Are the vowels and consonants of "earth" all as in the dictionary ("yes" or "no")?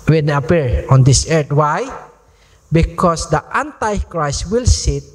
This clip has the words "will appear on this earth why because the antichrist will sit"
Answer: no